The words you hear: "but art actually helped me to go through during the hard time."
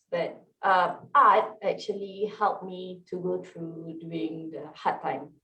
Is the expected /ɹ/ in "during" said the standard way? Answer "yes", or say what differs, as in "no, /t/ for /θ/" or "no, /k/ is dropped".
no, /ɹ/ is dropped